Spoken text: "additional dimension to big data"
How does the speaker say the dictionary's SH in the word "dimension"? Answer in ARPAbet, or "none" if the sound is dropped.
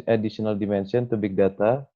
S